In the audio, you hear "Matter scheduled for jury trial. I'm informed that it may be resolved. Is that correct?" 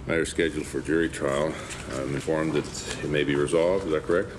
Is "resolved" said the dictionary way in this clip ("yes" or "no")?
yes